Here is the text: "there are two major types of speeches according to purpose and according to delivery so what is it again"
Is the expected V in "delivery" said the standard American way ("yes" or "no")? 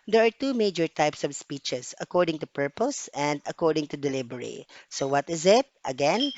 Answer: no